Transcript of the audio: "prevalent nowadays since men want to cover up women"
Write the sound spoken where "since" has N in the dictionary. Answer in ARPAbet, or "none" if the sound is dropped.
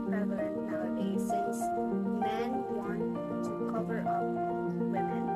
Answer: none